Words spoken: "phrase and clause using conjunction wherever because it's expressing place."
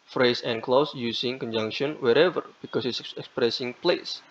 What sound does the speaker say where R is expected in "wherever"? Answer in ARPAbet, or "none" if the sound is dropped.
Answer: R